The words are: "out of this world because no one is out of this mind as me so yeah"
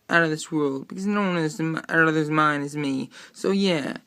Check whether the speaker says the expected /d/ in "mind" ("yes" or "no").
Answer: no